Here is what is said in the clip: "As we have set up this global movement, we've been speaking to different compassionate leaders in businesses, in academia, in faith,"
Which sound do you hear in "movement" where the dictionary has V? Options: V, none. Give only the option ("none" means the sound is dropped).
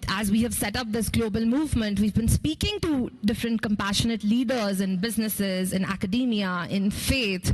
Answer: V